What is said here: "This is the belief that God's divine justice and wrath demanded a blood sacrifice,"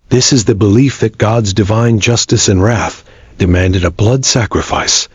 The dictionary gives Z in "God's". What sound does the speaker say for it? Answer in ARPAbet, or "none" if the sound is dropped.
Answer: Z